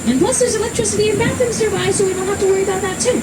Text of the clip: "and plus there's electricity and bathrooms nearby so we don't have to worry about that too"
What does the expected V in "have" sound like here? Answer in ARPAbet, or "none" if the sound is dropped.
F